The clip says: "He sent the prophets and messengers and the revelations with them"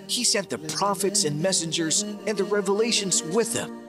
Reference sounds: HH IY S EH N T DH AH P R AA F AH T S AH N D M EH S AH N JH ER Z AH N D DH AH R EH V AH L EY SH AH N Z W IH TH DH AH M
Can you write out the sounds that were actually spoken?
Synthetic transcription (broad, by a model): HH IY S EH N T DH AH P R AA F AH T S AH N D M EH S AH N JH ER Z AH N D DH AH R EH V AH L EY SH AH N Z W IH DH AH M